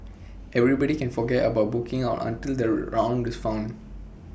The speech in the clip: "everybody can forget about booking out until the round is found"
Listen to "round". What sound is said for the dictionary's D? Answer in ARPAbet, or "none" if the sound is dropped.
D